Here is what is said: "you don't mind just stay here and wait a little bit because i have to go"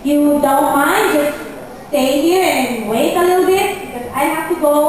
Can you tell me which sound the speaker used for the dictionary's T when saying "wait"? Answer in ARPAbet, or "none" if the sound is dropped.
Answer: none